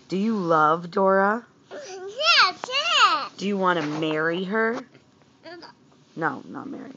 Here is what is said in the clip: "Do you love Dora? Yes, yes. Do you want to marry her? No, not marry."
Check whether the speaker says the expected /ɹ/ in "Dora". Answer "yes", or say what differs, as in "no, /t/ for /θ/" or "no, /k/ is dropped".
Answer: yes